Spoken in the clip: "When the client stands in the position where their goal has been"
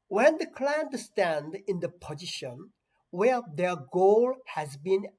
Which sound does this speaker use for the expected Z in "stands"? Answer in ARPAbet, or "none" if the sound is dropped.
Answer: none